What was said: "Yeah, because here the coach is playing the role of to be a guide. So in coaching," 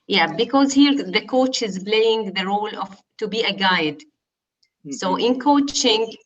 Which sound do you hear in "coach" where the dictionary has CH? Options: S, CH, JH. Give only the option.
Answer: CH